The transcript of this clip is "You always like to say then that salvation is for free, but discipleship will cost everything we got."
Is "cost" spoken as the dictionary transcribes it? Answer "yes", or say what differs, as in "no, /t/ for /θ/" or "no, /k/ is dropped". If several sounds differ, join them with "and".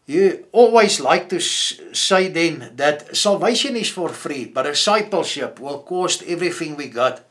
yes